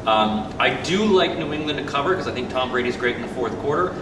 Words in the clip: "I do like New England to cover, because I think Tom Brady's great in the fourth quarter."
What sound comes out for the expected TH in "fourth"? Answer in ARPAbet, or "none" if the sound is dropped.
TH